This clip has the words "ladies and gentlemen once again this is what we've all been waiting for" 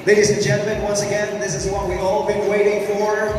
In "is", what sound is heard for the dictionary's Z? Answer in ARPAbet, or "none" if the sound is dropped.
Z